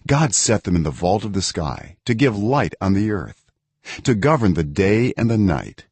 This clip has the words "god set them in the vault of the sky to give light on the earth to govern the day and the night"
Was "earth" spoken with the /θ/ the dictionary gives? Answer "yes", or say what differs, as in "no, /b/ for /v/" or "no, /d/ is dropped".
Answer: yes